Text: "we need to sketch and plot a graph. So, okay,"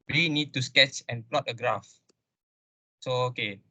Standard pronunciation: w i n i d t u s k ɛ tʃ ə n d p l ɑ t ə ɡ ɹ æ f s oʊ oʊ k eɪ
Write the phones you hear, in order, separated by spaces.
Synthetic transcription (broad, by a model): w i n i d t u s k ɛ tʃ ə n p l ɑ t ə ɡ ɹ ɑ f s oʊ oʊ k eɪ